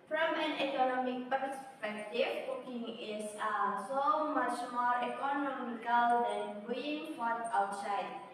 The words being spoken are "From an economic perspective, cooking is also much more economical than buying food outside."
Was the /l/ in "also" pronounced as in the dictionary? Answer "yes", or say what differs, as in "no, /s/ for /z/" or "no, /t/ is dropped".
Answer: no, /l/ is dropped